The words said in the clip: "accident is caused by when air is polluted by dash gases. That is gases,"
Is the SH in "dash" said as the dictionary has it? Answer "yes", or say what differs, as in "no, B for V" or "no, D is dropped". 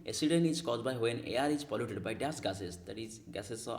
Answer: no, S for SH